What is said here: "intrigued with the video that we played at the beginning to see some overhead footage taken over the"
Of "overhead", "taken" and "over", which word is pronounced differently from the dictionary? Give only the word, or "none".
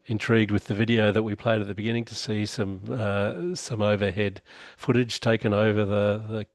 none